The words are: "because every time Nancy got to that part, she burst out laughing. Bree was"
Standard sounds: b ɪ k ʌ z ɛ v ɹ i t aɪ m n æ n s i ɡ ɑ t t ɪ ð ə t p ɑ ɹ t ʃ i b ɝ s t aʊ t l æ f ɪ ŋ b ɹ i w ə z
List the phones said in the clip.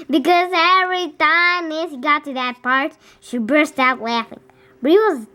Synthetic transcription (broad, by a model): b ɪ k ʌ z ɛ v ɹ i t aɪ m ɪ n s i ɡ ɑ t t ɪ ð ə t p ɑ ɹ t ʃ i b ɝ s t aʊ t l æ f ɪ ŋ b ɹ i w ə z